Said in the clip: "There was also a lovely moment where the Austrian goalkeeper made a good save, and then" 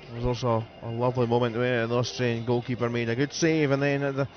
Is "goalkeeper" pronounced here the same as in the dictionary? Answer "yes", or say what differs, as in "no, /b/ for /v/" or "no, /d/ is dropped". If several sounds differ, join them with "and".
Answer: no, /l/ is dropped